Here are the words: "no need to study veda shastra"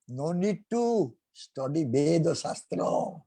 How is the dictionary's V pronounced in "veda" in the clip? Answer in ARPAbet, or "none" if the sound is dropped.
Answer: B